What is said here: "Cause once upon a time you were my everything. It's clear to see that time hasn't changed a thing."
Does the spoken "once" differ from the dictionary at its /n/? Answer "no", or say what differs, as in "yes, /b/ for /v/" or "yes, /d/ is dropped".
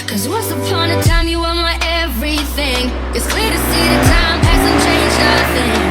yes, /n/ is dropped